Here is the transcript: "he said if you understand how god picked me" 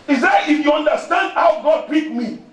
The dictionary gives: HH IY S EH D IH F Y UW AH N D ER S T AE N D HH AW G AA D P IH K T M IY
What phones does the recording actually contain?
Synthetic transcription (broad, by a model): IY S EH IH F Y UW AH N D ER S T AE N D HH AW G AA D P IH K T M IY